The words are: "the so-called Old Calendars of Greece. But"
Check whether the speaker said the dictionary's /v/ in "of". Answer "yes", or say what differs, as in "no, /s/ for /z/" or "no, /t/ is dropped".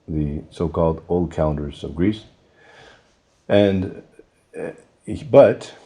yes